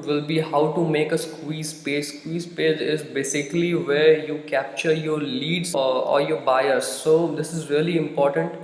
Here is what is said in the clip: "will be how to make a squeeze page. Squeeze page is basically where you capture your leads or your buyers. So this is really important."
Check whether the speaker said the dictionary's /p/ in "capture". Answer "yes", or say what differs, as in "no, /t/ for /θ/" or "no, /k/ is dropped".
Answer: yes